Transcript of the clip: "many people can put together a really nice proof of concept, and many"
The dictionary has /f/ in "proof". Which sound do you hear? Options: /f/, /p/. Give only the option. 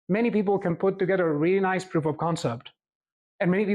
/p/